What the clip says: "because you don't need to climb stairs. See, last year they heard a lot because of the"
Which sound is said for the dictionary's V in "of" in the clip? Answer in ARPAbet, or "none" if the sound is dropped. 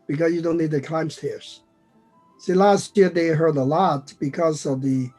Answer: V